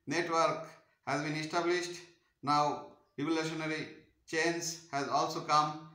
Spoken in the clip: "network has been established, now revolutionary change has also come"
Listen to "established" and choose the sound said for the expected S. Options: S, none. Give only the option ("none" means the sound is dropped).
S